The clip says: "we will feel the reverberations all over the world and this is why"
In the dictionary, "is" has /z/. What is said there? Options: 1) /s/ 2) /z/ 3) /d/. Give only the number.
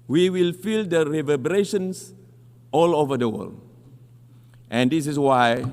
1